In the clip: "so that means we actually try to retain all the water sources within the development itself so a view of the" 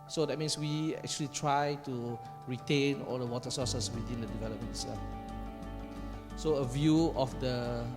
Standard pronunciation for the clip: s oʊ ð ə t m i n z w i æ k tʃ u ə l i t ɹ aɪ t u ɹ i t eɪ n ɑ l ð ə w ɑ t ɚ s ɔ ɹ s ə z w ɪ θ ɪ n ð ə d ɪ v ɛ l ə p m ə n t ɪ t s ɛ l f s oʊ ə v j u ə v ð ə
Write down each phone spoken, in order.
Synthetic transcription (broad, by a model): s oʊ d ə t m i n s w i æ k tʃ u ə l i t ɹ aɪ t u ɹ i t eɪ n ɑ l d ə w ɑ t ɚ s ɔ s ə s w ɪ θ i n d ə d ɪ v ɛ l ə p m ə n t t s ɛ s oʊ ə v j u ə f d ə